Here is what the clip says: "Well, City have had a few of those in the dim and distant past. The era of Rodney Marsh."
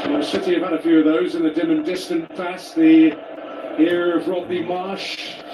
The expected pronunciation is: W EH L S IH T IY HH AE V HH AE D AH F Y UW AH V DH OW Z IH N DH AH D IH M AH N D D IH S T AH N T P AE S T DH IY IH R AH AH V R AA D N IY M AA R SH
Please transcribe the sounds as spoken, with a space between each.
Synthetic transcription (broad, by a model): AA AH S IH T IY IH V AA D AH F Y UW AH V DH OW Z IH N DH AH D IH M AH N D D IH S T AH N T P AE S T DH IY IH R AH AH V R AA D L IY M AA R SH